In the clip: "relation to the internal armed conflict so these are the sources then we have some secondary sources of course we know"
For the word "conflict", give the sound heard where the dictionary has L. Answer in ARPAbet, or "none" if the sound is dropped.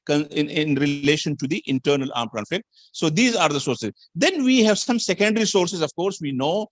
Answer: none